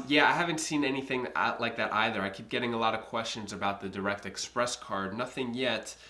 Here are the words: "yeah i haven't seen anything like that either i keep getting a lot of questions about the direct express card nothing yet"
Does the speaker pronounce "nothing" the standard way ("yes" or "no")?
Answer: yes